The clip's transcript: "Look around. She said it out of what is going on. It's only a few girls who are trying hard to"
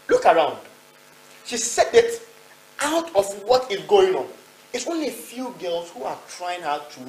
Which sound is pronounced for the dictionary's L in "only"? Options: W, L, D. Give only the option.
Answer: L